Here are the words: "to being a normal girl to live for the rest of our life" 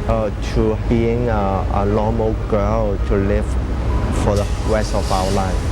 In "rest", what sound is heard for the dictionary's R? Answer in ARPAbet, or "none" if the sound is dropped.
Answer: W